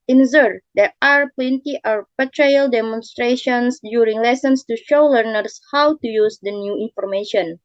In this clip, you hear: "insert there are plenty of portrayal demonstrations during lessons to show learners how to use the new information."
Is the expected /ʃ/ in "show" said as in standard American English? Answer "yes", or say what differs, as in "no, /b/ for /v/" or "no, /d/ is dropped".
yes